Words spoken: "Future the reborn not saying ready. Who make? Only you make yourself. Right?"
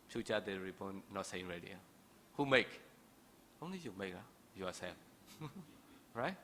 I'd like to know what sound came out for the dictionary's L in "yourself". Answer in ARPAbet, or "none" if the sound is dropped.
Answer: none